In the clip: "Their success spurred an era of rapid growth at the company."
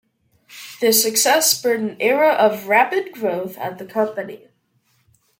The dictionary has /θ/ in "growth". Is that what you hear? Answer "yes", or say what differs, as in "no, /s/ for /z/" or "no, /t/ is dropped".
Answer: yes